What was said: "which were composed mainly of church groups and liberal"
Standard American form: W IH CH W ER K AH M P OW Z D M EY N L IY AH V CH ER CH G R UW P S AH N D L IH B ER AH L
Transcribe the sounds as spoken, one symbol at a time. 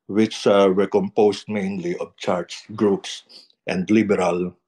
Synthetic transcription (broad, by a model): W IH CH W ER K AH M P OW S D M EY N L IY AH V CH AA S G R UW P S AH N D L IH B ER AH L